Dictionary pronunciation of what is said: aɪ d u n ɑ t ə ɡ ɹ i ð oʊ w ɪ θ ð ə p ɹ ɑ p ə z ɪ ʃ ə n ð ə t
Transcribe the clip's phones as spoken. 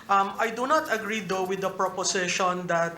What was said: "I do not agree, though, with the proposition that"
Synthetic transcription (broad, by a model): aɪ d u n ɑ t ə ɡ ɹ i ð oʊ w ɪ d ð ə p ɹ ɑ p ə s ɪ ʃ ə n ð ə t